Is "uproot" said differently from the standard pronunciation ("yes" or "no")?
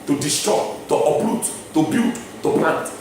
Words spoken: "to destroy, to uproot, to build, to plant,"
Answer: yes